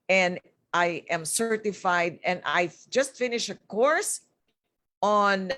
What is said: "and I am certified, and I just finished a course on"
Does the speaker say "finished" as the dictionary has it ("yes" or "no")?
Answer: no